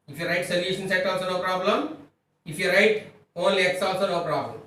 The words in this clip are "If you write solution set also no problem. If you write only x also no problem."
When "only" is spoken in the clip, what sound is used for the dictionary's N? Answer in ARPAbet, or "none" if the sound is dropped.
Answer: none